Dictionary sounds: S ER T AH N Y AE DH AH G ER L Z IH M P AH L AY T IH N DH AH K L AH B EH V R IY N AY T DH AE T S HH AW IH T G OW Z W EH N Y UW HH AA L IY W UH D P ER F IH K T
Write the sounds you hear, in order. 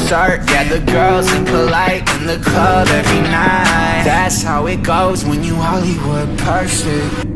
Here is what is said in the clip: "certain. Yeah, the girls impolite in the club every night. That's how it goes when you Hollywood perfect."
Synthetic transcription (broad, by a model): S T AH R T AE DH AH G ER L Z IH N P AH L AY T IH N DH AH K AH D EH V R IY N AY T DH AE T S HH AW IH T G OW Z W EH N Y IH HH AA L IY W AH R P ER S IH